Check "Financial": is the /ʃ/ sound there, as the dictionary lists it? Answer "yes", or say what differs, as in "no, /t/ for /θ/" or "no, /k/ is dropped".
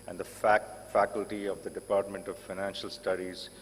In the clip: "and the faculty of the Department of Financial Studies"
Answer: yes